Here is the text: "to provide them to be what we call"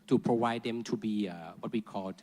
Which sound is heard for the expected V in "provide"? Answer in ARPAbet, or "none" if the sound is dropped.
W